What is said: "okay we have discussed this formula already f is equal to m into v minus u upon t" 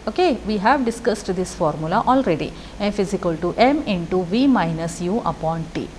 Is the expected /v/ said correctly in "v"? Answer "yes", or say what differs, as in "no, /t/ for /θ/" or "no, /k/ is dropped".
yes